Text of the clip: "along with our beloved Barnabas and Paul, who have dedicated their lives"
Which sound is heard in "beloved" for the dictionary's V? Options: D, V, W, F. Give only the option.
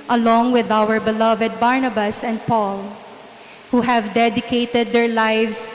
V